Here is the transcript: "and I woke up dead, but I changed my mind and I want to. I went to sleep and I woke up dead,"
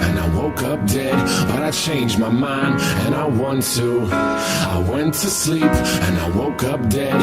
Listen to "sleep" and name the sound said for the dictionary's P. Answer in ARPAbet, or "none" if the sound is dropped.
P